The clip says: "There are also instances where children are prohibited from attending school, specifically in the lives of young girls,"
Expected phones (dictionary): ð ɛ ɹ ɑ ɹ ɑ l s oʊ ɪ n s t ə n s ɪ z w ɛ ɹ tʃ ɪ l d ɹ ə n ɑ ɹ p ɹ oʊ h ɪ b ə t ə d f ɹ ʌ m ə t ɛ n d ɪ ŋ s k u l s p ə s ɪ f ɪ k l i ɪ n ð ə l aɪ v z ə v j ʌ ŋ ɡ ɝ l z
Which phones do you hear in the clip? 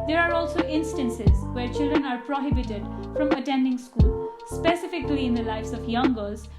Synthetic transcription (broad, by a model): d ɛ ɹ ɑ ɹ ɑ l s oʊ ɪ n s t ə n s ɪ z w ɛ ɹ tʃ ɪ l d ɹ ə n ɑ ɹ p ɹ oʊ h ɪ b ə t ə d f ɹ ʌ m ə t ɛ n d ɪ ŋ s k u l s p ə s ɪ f ɪ k l i ɪ n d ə l aɪ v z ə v j ʌ ŋ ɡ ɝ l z